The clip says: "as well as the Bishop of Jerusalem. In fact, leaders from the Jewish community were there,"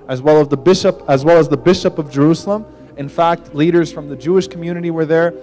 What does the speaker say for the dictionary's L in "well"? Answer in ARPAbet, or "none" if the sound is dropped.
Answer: L